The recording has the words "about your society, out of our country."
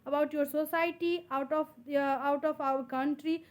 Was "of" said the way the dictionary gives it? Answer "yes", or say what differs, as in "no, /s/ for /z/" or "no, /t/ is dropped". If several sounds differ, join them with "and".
no, /p/ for /v/